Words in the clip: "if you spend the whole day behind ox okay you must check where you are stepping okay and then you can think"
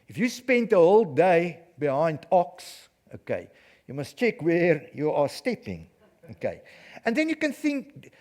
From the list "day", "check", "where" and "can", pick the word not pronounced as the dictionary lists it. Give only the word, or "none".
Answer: none